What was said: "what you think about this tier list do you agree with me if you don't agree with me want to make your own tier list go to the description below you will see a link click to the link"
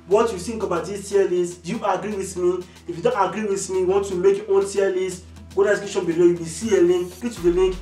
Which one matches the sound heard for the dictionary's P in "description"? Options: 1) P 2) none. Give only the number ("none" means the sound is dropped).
2